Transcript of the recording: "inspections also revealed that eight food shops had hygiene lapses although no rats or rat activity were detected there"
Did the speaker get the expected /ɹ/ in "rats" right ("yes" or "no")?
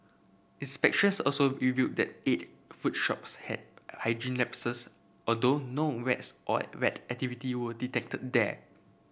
no